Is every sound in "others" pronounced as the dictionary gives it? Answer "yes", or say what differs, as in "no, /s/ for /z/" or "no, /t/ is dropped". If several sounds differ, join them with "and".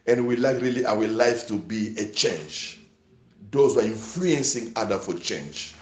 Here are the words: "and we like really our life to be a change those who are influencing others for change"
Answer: no, /z/ is dropped